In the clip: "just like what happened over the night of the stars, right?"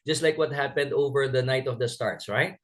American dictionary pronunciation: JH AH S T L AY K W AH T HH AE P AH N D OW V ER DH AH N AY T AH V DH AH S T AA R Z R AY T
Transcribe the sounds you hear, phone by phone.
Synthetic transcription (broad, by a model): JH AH S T L AY K W AH T HH AE P AH N D OW V ER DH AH N AY T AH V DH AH S T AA R S R AY T